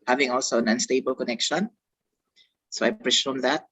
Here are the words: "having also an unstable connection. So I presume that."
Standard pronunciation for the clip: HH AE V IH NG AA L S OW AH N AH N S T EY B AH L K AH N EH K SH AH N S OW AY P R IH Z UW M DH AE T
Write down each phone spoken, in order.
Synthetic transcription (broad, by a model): HH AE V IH NG AA L S OW AH N AH N S T EY B AH L K AH N EH K SH AH N S OW AY P R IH S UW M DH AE T